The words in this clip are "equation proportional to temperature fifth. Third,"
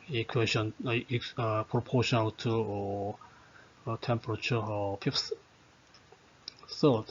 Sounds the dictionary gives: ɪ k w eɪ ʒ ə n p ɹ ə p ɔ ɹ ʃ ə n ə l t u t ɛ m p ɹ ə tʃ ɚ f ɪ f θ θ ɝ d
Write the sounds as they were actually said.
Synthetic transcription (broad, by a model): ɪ k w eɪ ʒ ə n p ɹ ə p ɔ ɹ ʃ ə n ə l t u t ɛ m p ɹ ə tʃ ɚ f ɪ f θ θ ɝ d